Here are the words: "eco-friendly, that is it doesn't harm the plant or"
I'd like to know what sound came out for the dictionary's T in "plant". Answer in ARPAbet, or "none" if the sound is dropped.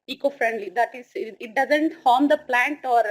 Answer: T